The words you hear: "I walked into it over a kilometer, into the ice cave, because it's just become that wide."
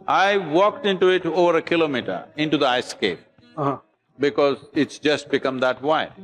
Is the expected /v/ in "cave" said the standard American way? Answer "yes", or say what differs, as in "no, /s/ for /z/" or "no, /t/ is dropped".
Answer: no, /p/ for /v/